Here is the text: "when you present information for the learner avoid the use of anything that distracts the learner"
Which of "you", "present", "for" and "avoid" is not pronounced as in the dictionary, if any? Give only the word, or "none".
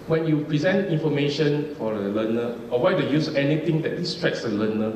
avoid